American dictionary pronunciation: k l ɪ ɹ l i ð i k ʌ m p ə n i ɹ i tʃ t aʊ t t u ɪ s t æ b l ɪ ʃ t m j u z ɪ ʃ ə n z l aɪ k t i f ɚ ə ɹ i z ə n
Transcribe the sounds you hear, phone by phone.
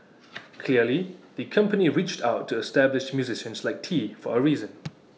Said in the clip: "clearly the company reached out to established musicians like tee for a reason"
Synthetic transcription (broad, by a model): k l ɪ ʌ l i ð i k ʌ m p ə n i ɹ i tʃ t aʊ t t u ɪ s t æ b l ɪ ʃ m j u z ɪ ʃ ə n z l aɪ k t i f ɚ ə ɹ i z ə n